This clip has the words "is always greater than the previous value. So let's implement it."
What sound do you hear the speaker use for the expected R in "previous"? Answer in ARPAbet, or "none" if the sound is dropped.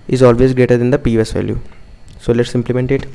none